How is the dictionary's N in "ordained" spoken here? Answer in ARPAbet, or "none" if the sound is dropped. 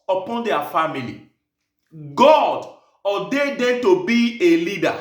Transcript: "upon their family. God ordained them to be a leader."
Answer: none